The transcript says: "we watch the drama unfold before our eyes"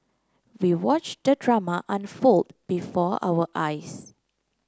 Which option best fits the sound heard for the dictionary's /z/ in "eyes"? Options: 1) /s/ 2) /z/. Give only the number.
1